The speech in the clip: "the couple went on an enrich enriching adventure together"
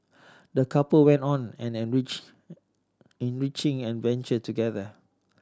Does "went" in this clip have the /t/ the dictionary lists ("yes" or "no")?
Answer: yes